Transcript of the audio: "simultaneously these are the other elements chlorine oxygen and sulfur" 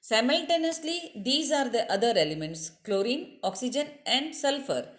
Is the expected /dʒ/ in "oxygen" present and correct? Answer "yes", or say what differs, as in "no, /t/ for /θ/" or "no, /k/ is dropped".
yes